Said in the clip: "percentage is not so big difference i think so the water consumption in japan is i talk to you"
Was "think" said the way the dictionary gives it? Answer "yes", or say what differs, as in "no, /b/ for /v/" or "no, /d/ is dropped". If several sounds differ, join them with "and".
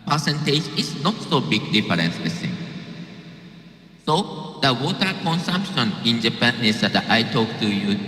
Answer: no, /s/ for /θ/